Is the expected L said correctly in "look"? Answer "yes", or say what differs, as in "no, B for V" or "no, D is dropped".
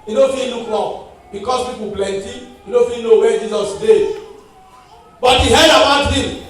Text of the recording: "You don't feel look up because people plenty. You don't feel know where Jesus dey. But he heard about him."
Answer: no, N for L